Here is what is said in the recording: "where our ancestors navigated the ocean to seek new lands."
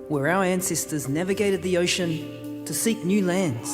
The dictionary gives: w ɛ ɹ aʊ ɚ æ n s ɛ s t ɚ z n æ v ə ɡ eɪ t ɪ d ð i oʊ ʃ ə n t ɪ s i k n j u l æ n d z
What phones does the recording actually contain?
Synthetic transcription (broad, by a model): w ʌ ɹ aʊ ɚ æ n s ɛ s t ɚ z n æ v ə ɡ eɪ t ɪ d ð i oʊ ʃ ə n t ɪ s i k n j u l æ n d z